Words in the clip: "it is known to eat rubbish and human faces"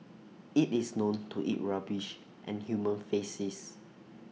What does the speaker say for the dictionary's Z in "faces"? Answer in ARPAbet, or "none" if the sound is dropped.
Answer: S